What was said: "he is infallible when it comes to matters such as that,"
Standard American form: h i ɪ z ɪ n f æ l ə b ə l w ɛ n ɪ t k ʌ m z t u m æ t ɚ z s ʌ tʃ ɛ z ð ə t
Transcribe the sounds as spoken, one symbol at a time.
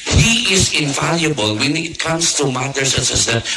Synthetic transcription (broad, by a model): h i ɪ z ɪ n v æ l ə b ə l w ɛ n ɪ t k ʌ m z t u m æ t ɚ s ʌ s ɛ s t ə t